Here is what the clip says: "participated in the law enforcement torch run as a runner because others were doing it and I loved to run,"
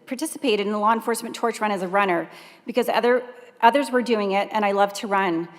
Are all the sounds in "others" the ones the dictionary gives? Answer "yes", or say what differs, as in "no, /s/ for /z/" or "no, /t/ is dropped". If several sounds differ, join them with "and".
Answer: yes